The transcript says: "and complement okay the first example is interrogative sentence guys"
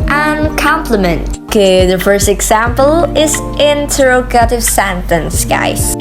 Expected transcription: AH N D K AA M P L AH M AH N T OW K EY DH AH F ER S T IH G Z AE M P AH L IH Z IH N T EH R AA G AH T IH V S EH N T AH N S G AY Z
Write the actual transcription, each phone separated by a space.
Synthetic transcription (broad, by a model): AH N K AA M P L AH M AH N T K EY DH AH F ER S T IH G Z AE M P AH L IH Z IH N T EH R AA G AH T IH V S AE N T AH N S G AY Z